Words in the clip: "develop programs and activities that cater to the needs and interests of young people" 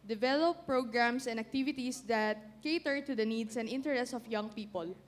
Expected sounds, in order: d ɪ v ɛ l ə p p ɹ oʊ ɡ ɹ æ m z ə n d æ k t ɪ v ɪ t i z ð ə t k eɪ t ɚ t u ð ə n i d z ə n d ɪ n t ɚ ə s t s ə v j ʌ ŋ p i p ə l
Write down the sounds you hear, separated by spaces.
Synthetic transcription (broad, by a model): d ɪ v ɛ l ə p p ɹ oʊ ɡ ɹ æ m s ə n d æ k t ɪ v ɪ t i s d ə t k eɪ t ɚ t u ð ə n i d s ə n d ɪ n t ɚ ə s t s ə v j ʌ ŋ p i p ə l